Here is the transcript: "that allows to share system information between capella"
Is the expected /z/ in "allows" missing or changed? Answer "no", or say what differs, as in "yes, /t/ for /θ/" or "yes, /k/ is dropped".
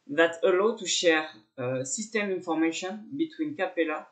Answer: yes, /z/ is dropped